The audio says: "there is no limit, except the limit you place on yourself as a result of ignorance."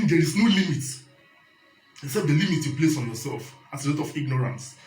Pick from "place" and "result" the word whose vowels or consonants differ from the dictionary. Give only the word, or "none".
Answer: result